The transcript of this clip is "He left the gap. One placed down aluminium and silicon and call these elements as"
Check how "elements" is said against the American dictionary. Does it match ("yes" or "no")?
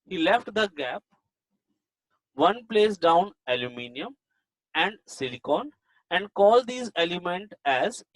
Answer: no